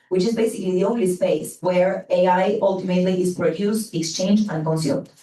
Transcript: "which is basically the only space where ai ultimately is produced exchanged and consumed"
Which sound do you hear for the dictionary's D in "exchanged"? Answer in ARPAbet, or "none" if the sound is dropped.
none